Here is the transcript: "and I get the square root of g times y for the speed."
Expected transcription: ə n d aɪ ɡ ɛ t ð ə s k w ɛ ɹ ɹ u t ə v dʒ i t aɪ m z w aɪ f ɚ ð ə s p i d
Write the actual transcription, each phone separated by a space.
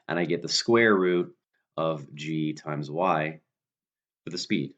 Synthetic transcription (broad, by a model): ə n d aɪ ɡ ɛ t ð ə s k w ɛ ɹ ɹ u t ə v dʒ i t aɪ m z w aɪ f ɚ ð ə s p i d